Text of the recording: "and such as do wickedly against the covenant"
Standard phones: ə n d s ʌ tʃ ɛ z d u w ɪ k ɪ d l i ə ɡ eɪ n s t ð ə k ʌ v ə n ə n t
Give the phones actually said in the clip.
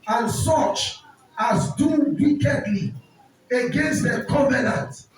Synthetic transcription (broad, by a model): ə n s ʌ tʃ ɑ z d u w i k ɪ d l i ə ɡ eɪ n s t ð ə k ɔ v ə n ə n t